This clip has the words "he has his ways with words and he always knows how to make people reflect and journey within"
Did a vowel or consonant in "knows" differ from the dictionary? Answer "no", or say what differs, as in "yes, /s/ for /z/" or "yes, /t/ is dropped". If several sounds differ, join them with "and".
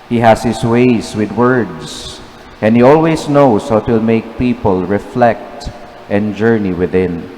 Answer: yes, /s/ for /z/